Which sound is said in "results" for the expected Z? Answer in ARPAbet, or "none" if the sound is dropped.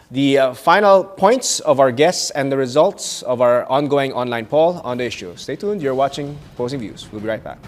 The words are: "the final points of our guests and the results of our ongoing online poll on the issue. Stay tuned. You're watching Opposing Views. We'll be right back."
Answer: Z